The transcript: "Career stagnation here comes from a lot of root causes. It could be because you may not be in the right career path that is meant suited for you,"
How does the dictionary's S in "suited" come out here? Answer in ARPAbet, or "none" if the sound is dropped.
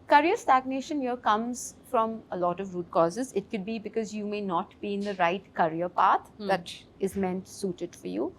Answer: S